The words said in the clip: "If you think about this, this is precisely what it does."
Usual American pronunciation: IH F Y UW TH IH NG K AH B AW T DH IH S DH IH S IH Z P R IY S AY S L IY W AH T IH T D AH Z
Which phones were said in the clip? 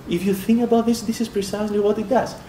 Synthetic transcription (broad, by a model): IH F Y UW TH IH NG K AH B AW T DH IH S DH IH S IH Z P R IY S AY S L IY W AH T IH T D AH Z